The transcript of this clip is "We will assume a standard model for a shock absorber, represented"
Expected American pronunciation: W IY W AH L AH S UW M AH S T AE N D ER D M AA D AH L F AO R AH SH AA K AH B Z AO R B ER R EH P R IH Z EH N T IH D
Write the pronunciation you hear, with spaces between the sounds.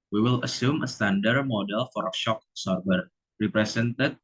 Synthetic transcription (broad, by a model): W IY W AH L AH S UW M AH S T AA N D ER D M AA D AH L F AO R AH SH AA K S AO R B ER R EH P R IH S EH N T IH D